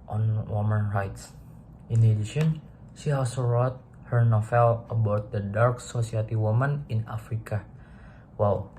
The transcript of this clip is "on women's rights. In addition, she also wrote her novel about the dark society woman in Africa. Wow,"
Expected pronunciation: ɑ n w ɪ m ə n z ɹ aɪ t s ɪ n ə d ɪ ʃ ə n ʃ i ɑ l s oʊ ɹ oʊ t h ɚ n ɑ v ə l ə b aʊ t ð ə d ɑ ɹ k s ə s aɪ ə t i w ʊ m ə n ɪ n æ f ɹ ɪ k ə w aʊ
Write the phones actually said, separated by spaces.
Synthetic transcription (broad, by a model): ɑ n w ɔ m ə n ɹ aɪ t s ɪ n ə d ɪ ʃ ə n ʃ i ɑ l s oʊ ɹ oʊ t h ɚ n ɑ f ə l ə b aʊ t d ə d ɑ ɹ k s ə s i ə t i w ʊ m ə n ɪ n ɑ f ɹ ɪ k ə w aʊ